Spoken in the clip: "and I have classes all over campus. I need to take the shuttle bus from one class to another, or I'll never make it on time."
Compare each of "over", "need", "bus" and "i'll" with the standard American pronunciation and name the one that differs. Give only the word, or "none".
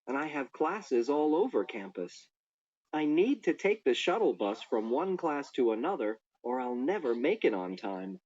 none